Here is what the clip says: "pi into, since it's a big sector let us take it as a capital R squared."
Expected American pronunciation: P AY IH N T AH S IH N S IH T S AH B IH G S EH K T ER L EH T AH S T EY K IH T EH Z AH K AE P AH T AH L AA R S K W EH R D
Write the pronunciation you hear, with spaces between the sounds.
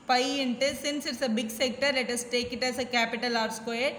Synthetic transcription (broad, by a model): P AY IH N T AH S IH N S IH T S AH B IH G S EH K T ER L EH T AH S T EY K IH T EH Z AH K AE P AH T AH L AA R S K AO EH